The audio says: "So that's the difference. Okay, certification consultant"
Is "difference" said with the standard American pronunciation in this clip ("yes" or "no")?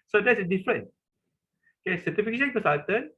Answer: no